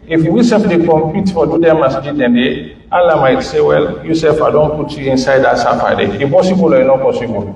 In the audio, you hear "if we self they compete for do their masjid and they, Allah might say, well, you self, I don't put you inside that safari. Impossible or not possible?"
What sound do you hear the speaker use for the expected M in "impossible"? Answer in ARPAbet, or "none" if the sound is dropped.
none